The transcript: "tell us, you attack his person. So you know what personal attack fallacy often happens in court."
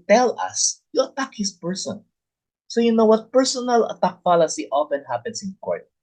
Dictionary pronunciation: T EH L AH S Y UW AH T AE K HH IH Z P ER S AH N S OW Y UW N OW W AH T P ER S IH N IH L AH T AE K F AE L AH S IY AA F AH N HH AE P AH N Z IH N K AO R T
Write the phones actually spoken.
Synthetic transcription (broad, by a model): T EH L AH S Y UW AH T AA K HH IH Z P ER S AH N S OW Y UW N OW W AH T P ER S IH N IH L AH T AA K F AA L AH S IY AA F AH N HH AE P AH N S IH N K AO R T